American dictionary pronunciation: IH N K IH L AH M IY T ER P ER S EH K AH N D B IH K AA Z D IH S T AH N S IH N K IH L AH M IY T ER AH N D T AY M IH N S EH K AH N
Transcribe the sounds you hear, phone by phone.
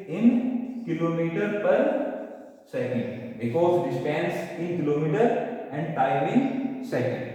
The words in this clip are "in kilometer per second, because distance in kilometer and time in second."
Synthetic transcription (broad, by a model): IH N K IH L AH M IY T ER P ER S EH K AH N D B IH K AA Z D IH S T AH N S IH N K IH L AH M IY T ER AH N D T AY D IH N S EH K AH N